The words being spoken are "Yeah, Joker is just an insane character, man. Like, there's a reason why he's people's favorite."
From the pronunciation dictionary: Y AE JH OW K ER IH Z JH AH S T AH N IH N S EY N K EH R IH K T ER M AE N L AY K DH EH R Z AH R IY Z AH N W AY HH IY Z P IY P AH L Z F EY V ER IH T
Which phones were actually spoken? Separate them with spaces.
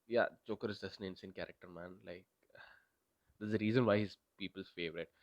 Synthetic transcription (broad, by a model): Y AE CH OW K ER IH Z JH AH S T AH N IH N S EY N K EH R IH K T ER M AE N L AY K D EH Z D AH R IY Z AH N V AY HH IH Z P IY P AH L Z F EY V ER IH T